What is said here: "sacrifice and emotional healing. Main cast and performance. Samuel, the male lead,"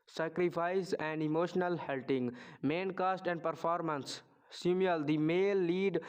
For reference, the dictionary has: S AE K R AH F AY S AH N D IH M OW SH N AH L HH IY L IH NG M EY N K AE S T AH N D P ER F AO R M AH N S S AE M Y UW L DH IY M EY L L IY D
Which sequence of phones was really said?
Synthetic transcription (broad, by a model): S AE K R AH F AY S AH N D IH M OW SH N AH L HH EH L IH NG M EY N K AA S T AH N D P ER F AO R M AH N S S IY M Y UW L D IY M EY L L IY D